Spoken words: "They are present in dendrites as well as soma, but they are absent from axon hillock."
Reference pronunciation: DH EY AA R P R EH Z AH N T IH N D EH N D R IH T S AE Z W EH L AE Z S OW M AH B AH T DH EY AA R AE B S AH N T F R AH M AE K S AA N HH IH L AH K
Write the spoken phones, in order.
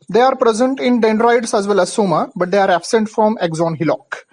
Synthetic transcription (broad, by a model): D EY AA R P R EH Z AH N T IH N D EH N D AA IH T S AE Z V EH L AE Z S OW M AH B AH T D EY AA R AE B S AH N T F R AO M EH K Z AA N HH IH L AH K